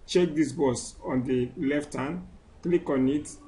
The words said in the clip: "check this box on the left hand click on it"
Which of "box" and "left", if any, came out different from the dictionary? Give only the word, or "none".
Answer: box